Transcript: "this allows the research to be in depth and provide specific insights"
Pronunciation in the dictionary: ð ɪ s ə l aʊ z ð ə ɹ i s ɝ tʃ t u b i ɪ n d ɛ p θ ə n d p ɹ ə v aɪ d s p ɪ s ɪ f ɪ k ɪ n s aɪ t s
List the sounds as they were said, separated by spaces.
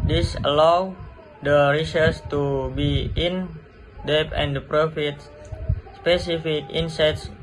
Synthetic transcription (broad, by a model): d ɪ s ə l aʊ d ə ɹ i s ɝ s t u b i ɪ n d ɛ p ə n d p ɹ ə f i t s p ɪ s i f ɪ k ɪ n s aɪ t s